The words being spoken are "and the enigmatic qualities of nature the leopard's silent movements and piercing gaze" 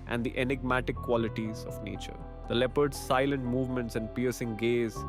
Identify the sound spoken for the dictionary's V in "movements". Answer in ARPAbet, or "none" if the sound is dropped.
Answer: V